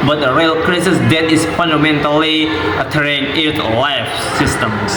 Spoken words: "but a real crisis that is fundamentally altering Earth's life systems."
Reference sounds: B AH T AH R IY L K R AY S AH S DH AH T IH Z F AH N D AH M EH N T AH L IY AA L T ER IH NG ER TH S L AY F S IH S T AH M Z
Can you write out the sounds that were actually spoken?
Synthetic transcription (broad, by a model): B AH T AH R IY L K R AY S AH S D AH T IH S F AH N D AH M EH N T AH L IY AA T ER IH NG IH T L AY F S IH S T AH M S